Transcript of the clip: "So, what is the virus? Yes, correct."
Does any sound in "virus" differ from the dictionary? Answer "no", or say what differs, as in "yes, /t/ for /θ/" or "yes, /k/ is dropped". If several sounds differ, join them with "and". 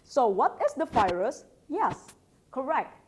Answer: yes, /f/ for /v/